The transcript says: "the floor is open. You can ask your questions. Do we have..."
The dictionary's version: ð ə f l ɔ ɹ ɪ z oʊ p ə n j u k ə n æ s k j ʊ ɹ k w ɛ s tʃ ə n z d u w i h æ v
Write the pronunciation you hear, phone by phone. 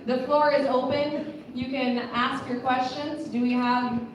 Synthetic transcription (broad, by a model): ð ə f l ɔ ɹ ɪ z oʊ p ə n j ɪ k ə n æ s k j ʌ ɹ k w ɛ s tʃ ə n z d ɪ w i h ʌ v